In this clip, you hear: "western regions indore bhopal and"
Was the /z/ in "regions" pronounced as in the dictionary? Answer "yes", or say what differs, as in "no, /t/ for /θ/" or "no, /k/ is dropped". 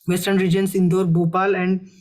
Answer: no, /s/ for /z/